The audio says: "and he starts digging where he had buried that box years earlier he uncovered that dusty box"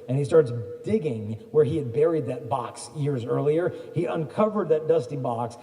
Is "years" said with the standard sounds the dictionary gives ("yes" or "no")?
yes